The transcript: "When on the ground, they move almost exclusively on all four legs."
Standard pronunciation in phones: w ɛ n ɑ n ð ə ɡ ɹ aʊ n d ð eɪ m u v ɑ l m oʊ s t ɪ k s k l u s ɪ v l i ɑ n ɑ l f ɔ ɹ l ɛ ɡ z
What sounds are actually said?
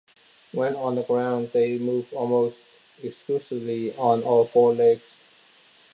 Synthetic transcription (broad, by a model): w ɛ n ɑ n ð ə ɡ ɹ aʊ n d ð eɪ m u v ɑ l m oʊ s t ɪ k s k l u s ɪ v l i ɑ n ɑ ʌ f ɔ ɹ l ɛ ɡ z